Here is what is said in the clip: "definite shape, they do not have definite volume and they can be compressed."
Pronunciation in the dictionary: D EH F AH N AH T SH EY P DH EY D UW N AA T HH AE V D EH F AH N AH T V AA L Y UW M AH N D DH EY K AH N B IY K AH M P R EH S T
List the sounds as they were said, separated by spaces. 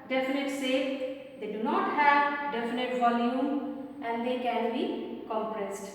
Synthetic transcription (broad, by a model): D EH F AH N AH T S EY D EY D UW N AA T HH AE V D EH F AH N AH T V AA L Y UW M AH N D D EY K AH N B IY K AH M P R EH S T